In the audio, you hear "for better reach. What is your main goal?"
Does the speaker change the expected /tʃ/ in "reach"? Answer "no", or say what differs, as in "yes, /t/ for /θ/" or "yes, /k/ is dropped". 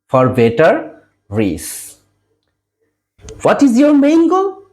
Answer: yes, /s/ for /tʃ/